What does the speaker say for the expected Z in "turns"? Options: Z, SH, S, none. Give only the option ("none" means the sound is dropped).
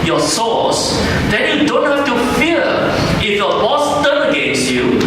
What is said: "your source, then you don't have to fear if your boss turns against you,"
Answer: none